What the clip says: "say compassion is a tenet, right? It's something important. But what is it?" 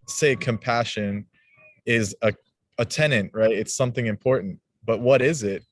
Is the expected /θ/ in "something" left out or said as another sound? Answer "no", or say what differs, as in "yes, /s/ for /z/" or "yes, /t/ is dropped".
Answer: no